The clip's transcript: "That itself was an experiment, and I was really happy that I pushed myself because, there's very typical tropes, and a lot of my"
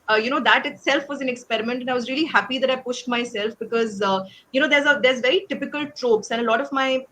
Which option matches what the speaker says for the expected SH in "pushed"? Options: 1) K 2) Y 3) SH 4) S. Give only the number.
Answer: 3